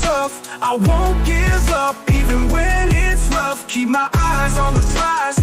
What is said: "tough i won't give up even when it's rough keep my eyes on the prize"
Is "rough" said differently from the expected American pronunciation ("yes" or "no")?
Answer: yes